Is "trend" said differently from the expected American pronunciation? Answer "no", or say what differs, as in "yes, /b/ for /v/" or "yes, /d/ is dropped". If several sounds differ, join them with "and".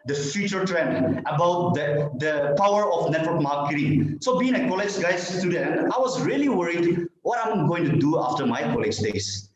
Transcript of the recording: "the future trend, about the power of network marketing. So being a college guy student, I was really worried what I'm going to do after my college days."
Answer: yes, /d/ is dropped